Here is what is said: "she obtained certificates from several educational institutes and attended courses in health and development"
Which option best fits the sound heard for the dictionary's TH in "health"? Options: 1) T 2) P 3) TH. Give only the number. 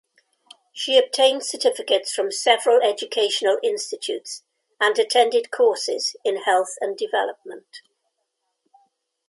3